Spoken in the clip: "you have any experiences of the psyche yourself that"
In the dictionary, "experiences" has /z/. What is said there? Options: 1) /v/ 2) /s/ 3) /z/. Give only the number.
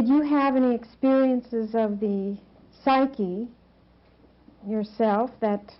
3